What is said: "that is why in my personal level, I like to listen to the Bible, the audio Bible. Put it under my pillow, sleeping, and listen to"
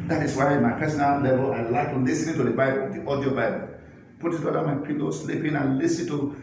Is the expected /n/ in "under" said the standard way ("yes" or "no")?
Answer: no